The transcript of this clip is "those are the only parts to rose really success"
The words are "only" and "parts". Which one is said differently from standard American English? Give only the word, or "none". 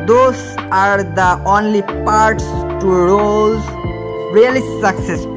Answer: none